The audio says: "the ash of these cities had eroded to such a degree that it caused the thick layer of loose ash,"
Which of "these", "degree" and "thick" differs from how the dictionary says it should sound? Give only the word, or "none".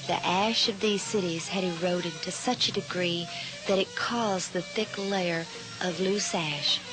none